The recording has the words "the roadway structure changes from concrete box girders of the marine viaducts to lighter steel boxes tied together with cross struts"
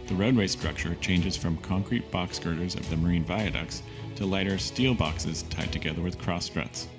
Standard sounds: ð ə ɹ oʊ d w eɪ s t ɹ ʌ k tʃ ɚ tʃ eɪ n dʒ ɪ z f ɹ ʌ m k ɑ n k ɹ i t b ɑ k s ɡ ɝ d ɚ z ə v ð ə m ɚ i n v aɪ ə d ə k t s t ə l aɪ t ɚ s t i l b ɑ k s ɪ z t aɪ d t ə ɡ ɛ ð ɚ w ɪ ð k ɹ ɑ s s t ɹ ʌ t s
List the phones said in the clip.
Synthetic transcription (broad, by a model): ð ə ɹ oʊ d w eɪ s t ɹ ʌ k tʃ ɚ tʃ eɪ n dʒ ɪ z f ɹ ʌ m k ɑ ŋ k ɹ i t b ɑ k s ɡ ɝ d ɚ z ə v ð ə m ɚ i n v aɪ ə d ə k s t ə l aɪ t ɚ s t i l b ɑ k s ɪ z t aɪ d t ə ɡ ɛ ð ɚ w ɪ ð k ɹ ɑ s s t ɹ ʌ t s